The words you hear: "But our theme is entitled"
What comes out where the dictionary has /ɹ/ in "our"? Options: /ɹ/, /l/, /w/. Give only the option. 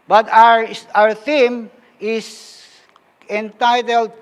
/ɹ/